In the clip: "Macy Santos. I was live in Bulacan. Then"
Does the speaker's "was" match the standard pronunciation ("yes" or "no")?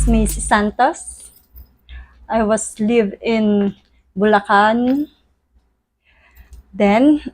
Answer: no